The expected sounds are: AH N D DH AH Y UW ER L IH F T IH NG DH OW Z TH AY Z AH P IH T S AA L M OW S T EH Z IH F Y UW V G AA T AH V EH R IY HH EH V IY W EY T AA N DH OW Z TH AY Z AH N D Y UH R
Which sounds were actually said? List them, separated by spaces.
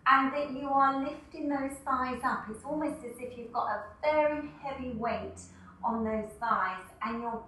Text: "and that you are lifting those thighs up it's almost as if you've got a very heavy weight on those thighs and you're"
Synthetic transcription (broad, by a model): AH N DH AH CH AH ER L IH F T IH NG DH OW Z F AY Z AH P IH T S AA L M OW S T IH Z IH F Y UW V G AA T AH V EH R IY HH EH V IY W EY T N DH OW Z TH AY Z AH N Y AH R